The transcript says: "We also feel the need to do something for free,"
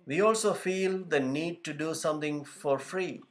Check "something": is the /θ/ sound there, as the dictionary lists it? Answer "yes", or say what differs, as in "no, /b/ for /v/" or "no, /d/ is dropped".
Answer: no, /t/ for /θ/